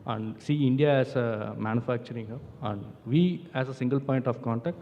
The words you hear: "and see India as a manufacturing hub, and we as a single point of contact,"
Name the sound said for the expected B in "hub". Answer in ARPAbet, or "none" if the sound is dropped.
none